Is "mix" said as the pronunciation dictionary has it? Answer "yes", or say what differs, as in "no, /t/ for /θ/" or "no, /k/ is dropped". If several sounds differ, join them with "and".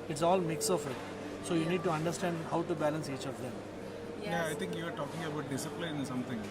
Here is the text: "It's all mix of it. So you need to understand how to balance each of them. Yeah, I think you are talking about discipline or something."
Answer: yes